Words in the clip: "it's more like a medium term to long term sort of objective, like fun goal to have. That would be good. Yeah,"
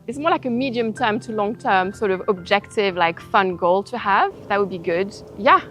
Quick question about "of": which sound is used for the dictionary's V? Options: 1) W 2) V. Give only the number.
2